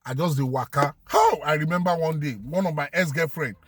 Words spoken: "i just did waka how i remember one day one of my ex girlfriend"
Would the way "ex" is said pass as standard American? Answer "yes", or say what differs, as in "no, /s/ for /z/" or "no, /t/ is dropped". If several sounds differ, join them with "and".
no, /k/ is dropped